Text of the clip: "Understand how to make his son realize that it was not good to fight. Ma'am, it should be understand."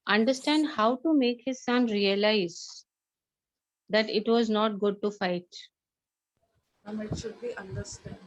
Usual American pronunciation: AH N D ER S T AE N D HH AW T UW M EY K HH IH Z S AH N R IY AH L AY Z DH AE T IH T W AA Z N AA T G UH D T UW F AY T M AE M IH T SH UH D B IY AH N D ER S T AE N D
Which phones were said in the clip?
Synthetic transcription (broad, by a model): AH N D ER S T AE N D HH AW T UW M EY K HH IH Z S AH N R IY AH L AY Z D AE T IH T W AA Z N AA T G UH D T UW F AY T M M IH T SH UH D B IY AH N D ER S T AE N